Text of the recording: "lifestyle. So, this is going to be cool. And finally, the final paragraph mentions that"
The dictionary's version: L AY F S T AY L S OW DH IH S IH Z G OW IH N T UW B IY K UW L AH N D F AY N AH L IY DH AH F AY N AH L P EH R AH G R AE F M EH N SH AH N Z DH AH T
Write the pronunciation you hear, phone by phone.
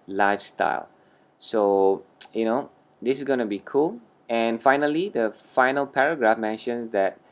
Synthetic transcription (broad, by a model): L AY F S T AY L S OW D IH S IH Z G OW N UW B IY K UW L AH N F AY N AH L IY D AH F AY N AH L P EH R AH G R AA F M EH N SH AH N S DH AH T